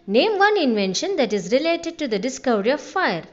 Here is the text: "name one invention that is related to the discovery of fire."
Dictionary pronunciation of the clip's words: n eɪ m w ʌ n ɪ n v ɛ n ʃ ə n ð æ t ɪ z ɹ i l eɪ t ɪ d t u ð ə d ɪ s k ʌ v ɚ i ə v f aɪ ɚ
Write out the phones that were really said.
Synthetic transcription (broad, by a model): n eɪ m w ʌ n ɪ n v ɛ n ʃ ə n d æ t ɪ z ɹ i l eɪ t ɪ d t u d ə d ɪ s k ʌ v ɚ i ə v f aɪ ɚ